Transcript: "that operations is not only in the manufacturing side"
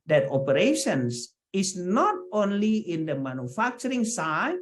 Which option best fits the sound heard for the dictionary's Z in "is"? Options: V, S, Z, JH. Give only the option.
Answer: S